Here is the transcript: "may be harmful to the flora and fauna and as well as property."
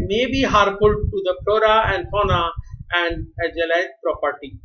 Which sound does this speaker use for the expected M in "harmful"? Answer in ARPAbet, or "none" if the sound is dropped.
none